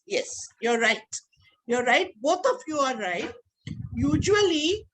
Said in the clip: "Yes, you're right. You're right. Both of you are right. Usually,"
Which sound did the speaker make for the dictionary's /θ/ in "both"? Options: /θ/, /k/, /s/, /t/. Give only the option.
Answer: /t/